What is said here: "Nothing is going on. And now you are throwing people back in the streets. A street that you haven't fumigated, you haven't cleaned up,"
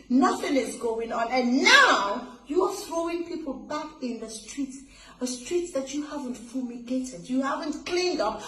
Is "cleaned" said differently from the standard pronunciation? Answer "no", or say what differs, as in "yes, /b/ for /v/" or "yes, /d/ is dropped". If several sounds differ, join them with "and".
no